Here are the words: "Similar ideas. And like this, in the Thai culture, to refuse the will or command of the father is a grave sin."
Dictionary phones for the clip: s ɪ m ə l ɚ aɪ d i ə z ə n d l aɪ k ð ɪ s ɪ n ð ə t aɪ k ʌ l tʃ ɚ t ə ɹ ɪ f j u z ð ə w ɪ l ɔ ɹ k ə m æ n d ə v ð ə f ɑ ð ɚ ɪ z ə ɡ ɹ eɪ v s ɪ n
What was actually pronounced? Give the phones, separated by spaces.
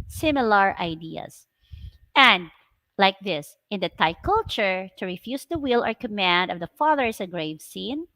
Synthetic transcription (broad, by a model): s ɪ m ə l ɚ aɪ d i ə s ə n d l aɪ k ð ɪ s ɪ n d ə t aɪ k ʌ l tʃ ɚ t ə ɹ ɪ f j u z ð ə w ɪ l ɔ ɹ k ə m æ n d ə v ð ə f ɑ ð ɚ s ə ɡ ɹ eɪ v s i n